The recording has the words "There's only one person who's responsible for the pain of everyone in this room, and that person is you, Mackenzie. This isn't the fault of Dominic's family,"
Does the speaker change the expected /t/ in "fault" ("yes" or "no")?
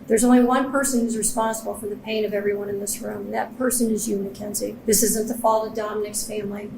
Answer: yes